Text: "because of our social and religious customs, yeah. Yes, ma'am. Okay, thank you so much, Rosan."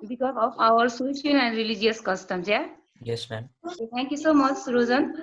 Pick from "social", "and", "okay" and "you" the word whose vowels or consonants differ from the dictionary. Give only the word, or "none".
social